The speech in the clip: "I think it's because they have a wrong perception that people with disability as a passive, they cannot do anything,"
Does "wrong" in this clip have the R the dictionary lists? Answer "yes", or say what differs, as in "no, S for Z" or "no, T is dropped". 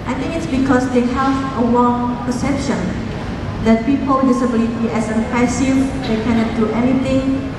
no, W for R